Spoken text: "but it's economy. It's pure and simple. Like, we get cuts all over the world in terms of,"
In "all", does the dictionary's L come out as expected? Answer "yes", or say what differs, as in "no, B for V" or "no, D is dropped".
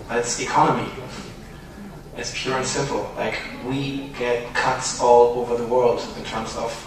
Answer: yes